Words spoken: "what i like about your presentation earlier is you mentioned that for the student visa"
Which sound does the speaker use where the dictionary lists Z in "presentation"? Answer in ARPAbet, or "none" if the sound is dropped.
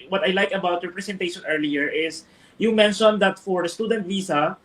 S